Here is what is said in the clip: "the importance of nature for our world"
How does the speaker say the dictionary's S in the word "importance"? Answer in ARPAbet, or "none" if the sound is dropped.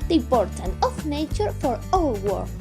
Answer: none